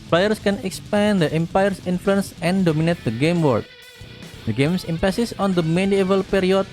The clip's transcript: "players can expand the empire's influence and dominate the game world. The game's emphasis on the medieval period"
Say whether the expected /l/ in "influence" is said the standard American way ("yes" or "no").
yes